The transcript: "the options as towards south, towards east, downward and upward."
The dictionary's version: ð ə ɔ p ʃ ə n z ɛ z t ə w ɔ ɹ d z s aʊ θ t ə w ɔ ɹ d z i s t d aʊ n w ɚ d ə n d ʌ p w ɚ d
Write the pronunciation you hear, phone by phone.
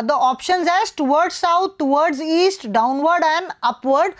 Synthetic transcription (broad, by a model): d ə ɔ p ʃ ə n z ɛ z t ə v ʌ ɹ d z s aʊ t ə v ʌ ɹ d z i s t d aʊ n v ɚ d ə n d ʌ p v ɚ d